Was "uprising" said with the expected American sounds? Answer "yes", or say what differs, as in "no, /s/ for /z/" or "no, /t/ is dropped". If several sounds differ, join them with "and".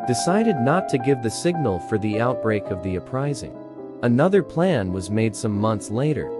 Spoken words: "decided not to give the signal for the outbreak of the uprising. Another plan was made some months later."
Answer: yes